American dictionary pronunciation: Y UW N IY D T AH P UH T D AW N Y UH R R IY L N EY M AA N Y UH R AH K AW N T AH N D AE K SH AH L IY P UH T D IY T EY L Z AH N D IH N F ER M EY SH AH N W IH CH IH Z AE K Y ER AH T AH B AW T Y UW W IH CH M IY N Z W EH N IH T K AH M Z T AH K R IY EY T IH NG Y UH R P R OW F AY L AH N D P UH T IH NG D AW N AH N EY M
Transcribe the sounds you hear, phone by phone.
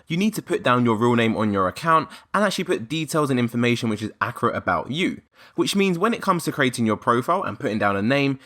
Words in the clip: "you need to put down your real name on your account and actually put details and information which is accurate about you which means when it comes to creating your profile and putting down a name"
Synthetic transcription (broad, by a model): Y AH N IY D T AH P UH T D AW N Y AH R R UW L N EY M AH N Y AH R AH K AW N T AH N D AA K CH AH L IY P UH T D IY T EY L Z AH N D IH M F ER M EY SH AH N W IH CH IH Z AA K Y ER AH T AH B AW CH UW W IH CH M IY N Z W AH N IH T K AH M Z T AH K R IY EY T IH NG Y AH P R OW F AY L AH N P UH T IH NG D AW N AH N EY M